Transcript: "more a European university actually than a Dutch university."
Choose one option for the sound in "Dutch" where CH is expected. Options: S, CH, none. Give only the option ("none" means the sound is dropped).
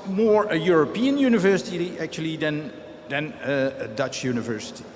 CH